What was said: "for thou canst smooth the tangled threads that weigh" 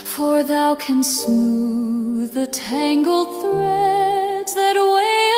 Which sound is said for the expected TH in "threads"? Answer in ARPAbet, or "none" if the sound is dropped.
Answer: TH